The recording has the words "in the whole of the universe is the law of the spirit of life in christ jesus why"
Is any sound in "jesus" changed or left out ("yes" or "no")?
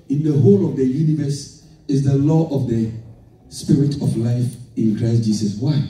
yes